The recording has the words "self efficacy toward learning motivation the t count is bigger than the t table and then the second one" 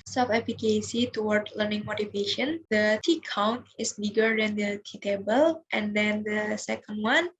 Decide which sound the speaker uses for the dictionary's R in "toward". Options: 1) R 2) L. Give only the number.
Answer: 1